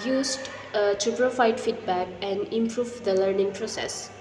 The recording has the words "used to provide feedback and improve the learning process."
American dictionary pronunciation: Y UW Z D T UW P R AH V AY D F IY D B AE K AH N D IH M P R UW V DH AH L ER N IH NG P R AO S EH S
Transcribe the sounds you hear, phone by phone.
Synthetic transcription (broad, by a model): Y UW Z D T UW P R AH F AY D F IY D B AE K AH N D IH M P R UW V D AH L ER N IH NG P R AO S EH S